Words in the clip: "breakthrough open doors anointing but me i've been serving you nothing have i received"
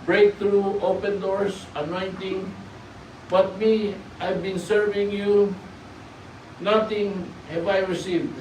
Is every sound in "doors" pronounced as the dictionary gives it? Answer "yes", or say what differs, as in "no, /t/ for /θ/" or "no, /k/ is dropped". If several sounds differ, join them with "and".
no, /s/ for /z/